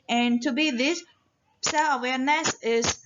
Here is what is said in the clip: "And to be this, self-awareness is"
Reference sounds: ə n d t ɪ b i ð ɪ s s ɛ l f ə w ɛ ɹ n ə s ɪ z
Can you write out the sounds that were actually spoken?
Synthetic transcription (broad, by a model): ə n t ɪ b i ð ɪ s s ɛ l ə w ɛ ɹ n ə s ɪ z